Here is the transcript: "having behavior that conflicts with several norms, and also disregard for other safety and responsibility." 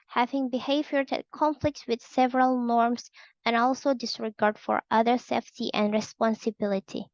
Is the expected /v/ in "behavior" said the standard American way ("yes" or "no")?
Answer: yes